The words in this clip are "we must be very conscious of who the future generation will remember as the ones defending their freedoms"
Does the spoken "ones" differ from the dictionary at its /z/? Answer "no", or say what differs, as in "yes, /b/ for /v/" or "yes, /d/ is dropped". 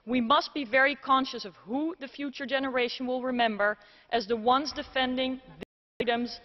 no